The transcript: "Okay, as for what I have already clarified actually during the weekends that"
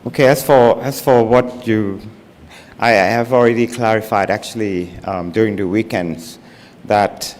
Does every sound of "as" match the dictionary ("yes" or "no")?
no